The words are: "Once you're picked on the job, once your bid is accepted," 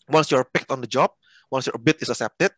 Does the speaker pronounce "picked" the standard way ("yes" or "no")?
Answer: yes